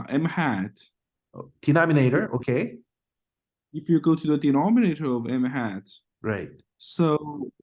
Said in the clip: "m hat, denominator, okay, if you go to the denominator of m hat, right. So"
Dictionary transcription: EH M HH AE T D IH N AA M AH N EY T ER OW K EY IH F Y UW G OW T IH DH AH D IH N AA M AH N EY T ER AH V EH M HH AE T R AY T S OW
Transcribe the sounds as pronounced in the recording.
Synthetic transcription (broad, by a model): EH M HH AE T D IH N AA M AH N EY T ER OW K EY IH F Y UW G OW T IH DH AH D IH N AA M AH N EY T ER AH V EH M HH AE T R AY T S OW